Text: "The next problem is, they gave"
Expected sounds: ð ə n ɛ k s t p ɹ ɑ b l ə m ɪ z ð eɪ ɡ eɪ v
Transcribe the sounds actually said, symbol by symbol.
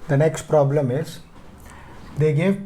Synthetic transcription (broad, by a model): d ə n ɛ k s t p ɹ ɑ b l ə m ɪ z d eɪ ɡ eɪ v